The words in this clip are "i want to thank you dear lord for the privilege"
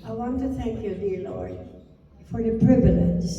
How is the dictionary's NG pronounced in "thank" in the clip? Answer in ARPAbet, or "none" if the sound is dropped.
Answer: NG